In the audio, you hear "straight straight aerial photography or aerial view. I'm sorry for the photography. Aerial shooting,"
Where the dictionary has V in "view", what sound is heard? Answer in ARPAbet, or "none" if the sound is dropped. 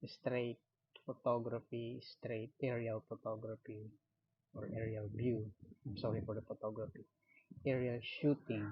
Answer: B